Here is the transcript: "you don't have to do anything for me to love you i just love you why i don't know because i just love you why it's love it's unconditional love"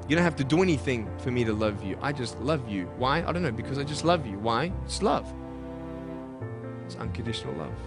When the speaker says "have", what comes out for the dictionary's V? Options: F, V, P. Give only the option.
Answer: F